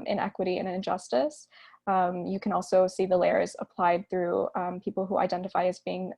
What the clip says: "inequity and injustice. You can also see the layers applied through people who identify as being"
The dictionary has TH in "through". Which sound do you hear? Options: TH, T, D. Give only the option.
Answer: TH